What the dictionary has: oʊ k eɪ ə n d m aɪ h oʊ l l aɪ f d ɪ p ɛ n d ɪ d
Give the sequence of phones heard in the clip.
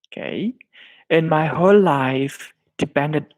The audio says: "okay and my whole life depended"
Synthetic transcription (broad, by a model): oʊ k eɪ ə n m aɪ h oʊ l l aɪ f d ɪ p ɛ n d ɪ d